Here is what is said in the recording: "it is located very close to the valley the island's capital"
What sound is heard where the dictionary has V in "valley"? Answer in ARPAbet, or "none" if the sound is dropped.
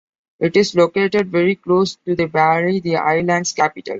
B